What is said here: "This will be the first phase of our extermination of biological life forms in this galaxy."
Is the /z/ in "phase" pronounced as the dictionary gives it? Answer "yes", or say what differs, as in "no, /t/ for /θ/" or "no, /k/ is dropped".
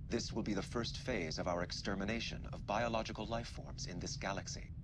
yes